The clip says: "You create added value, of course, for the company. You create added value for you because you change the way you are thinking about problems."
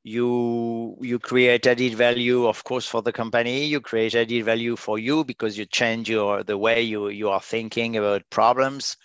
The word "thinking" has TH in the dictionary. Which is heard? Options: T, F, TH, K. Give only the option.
TH